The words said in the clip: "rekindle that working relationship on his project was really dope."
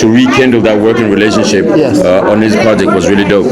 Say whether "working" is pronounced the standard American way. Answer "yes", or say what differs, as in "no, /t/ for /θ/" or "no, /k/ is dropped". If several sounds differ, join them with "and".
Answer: yes